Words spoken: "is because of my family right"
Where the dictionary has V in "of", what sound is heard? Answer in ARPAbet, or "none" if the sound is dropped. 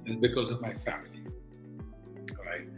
V